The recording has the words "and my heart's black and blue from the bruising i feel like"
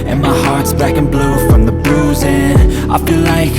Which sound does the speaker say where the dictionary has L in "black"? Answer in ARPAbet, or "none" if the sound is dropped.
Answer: none